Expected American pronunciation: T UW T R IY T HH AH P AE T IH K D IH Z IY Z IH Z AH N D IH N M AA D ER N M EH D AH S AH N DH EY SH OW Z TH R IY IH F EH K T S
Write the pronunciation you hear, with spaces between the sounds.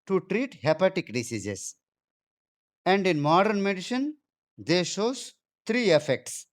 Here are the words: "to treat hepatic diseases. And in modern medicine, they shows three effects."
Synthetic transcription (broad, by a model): T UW T R IY T HH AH P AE T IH K D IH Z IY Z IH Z AH N D IH N M AA D ER N M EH D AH SH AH N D EY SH OW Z T R IY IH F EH K T S